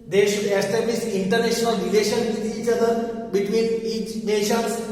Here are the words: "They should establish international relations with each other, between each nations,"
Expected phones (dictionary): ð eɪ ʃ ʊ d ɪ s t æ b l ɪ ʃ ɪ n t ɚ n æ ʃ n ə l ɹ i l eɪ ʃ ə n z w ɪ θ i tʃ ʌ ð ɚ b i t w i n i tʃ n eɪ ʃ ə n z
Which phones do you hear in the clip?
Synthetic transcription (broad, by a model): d eɪ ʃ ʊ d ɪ s t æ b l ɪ s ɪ n t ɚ n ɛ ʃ n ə l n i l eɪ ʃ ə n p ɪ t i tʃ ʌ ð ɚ b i t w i n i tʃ n eɪ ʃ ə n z